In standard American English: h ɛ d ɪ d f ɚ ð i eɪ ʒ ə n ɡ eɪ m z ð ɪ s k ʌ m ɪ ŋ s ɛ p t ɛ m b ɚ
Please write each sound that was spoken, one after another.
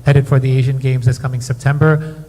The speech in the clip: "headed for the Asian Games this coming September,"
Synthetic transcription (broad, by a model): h ɛ d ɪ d f ɚ ð i eɪ ʒ ə n ɡ eɪ m z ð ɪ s k ʌ m ɪ ŋ s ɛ p t ɛ m b ɚ